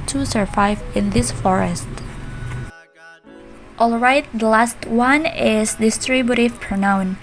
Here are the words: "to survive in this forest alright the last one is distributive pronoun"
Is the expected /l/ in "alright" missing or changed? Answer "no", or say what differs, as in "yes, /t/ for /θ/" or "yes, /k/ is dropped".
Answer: no